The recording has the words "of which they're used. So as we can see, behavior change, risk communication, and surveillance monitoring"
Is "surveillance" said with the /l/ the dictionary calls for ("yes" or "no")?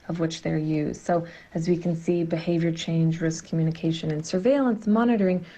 yes